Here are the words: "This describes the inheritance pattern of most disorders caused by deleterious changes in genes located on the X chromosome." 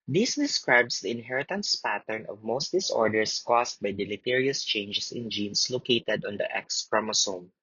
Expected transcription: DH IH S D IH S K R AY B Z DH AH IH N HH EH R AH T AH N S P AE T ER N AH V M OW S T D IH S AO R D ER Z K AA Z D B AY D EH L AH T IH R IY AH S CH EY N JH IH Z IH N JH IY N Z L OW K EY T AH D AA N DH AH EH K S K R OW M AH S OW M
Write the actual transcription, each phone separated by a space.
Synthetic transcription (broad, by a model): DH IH S D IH S K R AY B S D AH IH N HH EH R AH T AH N S P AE T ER N AH V M OW S T D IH S AO R D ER S K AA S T B AY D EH L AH T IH R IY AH S CH EY N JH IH S IH N JH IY N S L OW K EY T AH D AA N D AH EH K S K R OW M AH S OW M